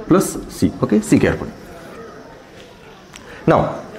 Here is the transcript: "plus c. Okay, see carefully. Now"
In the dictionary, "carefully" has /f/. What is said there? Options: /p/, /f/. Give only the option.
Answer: /p/